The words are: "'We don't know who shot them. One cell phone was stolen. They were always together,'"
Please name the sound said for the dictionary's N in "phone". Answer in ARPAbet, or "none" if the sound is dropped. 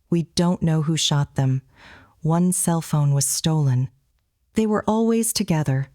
N